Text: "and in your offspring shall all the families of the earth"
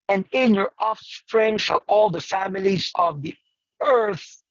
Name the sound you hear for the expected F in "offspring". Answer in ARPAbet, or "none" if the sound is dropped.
F